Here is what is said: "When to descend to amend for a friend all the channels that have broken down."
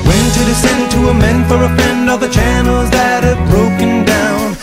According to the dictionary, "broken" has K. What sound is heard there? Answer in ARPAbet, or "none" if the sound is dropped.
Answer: K